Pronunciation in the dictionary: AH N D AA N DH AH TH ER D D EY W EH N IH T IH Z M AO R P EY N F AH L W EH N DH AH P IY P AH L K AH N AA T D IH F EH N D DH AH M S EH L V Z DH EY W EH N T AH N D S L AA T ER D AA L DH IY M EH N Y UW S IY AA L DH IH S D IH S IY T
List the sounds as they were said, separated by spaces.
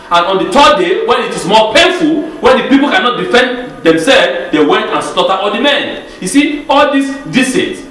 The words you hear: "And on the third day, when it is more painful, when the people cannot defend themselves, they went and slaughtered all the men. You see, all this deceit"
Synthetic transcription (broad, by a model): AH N AA N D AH T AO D D EY W EH N IH T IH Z M AO P EY N F AH L W EH N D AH P IY P AH L K AH N AA T D IH F EH N D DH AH M S EH L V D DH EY W EH N T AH N S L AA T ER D AA L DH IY M EH N Y UW S IY AA L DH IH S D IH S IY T